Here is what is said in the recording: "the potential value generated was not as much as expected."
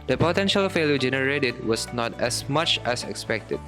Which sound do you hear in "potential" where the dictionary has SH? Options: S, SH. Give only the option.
SH